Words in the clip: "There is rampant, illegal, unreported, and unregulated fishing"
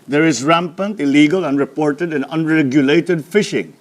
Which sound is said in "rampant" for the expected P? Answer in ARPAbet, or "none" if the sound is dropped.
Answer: P